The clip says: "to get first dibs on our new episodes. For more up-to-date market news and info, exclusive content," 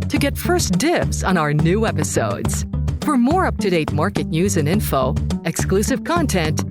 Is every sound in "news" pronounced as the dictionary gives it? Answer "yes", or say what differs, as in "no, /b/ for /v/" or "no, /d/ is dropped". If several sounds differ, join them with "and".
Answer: yes